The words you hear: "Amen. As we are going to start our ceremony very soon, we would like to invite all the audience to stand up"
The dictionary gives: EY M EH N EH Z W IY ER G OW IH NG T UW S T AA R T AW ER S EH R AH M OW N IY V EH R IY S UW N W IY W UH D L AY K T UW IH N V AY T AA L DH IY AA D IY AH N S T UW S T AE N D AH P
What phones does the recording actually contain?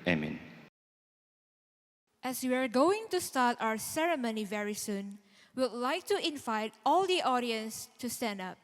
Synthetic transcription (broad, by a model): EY M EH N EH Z W IY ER G OW IH NG T UW S T AA T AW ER S EH R AH M OW N IY V EH R IY S UW N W W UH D L AY K T UW IH N V AY T AA L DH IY AA D IY AH N S T UW S T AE N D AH P